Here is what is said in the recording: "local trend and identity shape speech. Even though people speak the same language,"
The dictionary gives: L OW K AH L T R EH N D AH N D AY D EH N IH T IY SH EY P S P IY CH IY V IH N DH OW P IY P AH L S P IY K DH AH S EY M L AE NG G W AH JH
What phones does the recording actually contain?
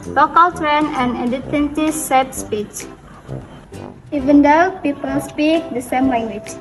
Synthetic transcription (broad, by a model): L OW K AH L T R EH N AH N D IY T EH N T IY S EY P S P IY CH IY V IH N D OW P IY P AH L S P IY K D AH S EY M L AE NG G W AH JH